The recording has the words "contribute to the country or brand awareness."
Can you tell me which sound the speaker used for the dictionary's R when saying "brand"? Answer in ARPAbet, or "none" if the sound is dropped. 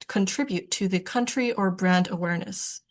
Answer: R